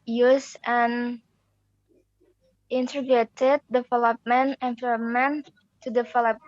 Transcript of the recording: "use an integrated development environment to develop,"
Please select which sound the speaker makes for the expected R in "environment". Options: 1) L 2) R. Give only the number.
1